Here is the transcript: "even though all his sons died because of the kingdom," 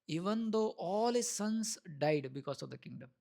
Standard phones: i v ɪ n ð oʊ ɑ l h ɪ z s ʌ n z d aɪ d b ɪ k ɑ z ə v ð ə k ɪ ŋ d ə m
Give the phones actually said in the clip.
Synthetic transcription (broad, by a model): i v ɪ n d oʊ ɑ l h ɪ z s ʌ n s d aɪ d b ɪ k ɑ s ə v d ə k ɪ ŋ d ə m